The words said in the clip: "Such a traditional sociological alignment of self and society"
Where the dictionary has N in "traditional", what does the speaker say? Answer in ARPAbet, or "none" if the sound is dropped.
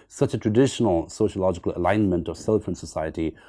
N